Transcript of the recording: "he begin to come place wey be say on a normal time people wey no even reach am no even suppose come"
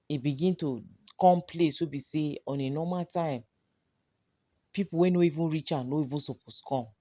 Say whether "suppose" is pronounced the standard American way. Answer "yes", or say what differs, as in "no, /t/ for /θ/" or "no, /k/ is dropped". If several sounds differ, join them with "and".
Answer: no, /s/ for /z/